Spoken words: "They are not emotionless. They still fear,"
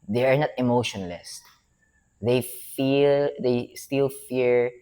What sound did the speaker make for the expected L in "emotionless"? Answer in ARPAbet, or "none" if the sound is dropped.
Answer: L